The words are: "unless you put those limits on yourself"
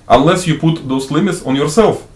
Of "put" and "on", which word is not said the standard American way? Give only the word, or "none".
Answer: none